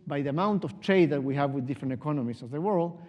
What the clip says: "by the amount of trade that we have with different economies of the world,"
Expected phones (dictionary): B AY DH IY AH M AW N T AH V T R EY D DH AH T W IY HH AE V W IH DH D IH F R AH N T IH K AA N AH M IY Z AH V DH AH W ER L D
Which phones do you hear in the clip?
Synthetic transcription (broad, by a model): B AY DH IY AH M AW N T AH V T R EY D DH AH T W IY HH AE V W IH DH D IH F R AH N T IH K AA N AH M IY S AH V DH AH W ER L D